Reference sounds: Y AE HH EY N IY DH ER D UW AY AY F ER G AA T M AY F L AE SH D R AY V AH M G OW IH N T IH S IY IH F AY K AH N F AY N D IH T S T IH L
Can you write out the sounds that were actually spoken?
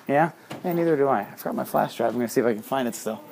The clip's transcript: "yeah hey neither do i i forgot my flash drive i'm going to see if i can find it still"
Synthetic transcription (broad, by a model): Y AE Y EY N IY DH ER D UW AY AY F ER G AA T M AY F L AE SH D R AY AH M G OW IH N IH S IY IH F AY K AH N F AY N D IH T S T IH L